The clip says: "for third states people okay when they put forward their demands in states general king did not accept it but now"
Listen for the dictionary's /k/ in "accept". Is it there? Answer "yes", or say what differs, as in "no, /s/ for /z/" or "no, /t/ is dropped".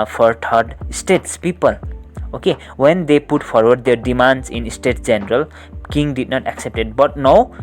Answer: yes